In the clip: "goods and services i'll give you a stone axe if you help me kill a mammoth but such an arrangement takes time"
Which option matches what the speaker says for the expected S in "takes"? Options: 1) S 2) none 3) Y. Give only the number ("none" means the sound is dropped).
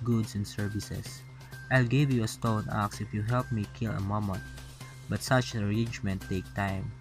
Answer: 2